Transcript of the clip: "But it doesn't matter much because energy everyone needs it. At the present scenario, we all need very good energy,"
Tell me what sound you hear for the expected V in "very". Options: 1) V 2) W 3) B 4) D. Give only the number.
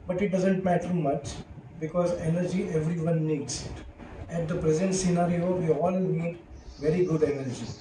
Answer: 1